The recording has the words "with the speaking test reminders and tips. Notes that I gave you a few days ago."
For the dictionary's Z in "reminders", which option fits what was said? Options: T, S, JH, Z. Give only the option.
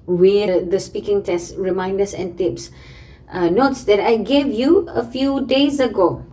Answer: S